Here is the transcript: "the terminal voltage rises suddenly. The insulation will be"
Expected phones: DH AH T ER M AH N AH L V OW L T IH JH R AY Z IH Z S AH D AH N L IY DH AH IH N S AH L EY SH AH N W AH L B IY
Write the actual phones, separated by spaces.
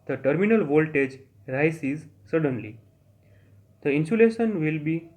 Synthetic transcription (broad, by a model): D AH T ER M AH N AH L V OW L T IH JH R AY S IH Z S AH D AH N L IY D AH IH N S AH L EY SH AH N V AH L B IY